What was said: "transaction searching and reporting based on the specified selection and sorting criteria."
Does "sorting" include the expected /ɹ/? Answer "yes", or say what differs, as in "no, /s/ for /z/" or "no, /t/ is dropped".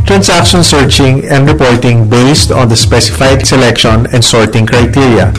yes